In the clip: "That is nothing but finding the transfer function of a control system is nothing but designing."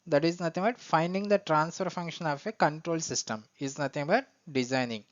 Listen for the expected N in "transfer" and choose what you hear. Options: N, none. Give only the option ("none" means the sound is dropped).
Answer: N